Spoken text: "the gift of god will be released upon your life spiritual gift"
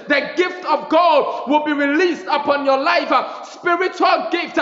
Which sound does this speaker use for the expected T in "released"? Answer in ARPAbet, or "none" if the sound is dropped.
T